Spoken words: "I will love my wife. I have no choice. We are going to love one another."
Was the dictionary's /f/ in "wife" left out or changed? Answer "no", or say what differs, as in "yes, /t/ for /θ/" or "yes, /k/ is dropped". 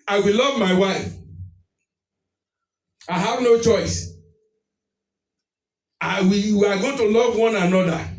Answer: no